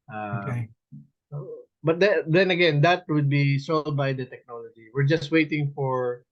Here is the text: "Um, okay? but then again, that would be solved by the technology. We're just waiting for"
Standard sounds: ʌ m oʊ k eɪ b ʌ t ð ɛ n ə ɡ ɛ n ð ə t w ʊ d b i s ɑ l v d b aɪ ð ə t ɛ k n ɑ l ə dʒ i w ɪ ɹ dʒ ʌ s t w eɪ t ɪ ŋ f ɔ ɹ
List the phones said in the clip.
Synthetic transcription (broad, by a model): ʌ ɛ ɔ b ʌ t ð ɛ n ə ɡ ɛ n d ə t w ʊ d b i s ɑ l d b aɪ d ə t ɛ k n ɑ l ə dʒ i w ɪ ɹ dʒ ʌ s t w eɪ t ɪ ŋ f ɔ ɹ